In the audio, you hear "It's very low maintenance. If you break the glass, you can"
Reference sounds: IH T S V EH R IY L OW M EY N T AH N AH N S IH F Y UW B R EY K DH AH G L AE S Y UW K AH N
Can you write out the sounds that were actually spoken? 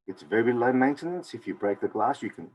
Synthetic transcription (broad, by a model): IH T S V EH R IY L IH M EY N T AH N AH N S IH F Y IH B R EY K DH AH G L AE S Y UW K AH N